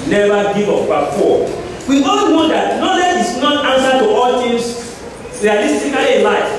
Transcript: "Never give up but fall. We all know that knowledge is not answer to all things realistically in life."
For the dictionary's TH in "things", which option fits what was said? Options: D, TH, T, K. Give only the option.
T